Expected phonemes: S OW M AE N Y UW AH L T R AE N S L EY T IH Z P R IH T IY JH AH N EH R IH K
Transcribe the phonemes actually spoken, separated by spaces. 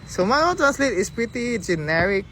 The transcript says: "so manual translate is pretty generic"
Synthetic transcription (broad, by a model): S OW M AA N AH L T R AE N S L EY T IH S P R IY T IY JH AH N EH R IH K